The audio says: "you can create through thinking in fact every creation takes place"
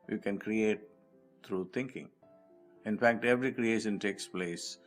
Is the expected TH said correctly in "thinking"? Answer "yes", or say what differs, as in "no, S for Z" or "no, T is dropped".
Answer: no, T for TH